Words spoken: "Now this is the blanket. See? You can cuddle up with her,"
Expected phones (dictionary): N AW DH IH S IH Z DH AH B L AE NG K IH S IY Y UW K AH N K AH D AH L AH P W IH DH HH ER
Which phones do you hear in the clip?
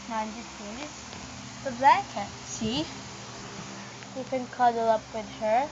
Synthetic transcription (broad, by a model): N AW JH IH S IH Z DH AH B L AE K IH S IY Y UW K AH N K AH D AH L AH P W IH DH HH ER